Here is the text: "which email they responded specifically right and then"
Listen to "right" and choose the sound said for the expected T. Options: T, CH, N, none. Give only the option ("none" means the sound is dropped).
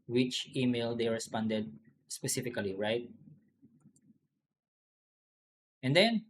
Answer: T